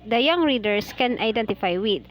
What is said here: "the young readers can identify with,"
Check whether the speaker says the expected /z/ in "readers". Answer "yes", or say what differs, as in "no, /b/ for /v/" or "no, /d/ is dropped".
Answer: no, /s/ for /z/